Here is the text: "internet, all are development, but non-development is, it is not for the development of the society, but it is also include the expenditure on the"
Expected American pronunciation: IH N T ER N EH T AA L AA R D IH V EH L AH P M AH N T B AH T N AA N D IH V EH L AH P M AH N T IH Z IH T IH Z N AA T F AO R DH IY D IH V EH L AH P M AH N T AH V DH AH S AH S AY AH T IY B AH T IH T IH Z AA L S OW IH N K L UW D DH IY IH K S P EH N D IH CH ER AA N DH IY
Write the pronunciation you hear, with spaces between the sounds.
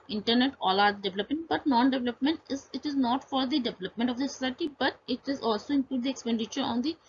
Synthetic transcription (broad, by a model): IH N T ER N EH T AA L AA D D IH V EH L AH P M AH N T B AH T N AA N D IH V EH L AH P M AH N T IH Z IH T IH Z N AA T F AO R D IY D IH V EH L AH P M AH N T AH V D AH S AH S AY AH T IY B AH T IH T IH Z AA L S OW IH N K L UW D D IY IH K S P EH N D IH CH ER AA N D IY